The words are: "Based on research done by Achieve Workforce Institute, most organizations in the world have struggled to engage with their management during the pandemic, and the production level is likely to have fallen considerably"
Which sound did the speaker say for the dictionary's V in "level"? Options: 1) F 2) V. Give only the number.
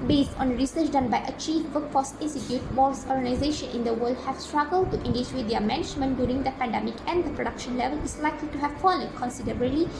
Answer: 2